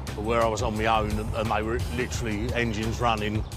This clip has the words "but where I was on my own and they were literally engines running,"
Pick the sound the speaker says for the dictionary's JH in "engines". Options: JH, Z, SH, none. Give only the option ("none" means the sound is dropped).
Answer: JH